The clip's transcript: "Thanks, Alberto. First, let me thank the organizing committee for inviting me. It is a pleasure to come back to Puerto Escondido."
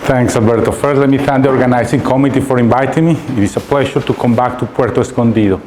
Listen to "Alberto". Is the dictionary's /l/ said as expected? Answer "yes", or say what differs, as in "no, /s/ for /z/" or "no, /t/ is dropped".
yes